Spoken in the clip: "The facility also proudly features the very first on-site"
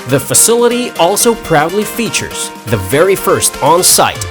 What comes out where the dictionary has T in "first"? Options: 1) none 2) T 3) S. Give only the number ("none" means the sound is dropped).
2